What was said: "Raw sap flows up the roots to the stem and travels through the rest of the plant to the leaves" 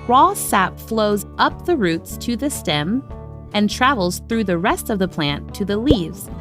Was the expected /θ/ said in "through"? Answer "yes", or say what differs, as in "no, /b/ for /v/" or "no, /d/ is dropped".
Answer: yes